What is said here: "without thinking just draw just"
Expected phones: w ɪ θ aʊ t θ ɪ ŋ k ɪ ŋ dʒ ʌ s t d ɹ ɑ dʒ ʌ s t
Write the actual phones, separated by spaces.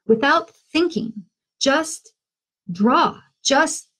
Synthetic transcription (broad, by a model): w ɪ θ aʊ t θ ɪ ŋ k ɪ ŋ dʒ ʌ s t d ɹ ɑ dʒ ʌ s t